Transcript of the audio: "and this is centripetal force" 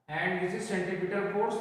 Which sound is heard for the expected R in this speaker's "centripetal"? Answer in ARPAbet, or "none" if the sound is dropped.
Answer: none